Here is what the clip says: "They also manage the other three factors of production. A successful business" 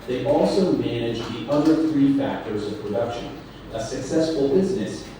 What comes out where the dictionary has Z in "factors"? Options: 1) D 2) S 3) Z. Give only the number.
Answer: 3